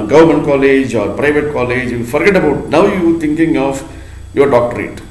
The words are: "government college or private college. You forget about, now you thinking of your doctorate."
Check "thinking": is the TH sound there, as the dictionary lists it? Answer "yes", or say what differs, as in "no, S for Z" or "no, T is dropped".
no, T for TH